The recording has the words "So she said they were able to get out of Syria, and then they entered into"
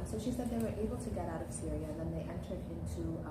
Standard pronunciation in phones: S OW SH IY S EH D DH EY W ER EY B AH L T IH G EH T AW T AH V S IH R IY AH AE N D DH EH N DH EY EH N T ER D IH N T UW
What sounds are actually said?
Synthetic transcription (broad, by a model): S OW SH IY S EH D DH EY W ER EY B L T IH G EH T AW T AH V S IH R IY AH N DH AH N DH EY EH N T ER D IH N T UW